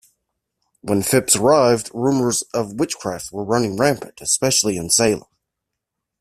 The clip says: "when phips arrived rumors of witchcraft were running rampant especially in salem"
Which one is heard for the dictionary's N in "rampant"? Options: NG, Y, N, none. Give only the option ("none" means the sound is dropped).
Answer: none